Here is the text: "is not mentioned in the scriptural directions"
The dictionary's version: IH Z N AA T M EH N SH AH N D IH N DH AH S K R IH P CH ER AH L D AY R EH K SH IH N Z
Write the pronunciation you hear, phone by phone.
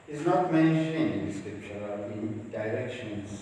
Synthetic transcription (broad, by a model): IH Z N AA T M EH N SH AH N IH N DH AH S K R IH P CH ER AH N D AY R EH K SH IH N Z